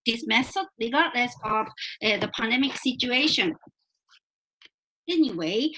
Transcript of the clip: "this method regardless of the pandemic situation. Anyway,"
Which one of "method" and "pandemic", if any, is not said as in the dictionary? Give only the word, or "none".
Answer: method